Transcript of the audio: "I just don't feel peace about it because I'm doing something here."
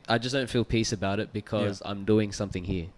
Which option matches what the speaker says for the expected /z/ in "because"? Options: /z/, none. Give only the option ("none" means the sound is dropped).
/z/